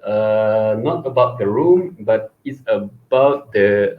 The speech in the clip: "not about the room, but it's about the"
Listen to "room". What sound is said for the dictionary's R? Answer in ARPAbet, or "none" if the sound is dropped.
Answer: R